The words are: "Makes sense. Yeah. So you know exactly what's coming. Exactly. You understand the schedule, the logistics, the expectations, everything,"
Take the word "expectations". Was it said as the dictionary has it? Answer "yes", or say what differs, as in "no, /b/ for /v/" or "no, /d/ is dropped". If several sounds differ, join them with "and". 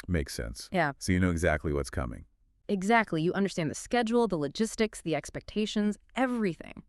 yes